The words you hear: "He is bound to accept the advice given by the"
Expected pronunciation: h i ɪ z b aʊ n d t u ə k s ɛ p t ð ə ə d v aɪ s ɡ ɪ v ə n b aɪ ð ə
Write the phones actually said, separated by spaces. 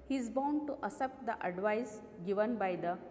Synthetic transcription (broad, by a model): h i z b aʊ n d t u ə s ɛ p t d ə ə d v aɪ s ɡ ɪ v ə n b aɪ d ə